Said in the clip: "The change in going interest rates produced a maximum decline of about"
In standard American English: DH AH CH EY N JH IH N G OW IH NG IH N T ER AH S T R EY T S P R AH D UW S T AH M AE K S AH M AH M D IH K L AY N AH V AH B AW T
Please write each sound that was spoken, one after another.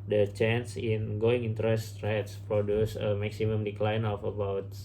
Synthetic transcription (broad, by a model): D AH CH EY N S IH N G OW IH NG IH N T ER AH S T R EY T S P R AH D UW S AH M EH K S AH M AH M D IH K L AY N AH F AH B AW T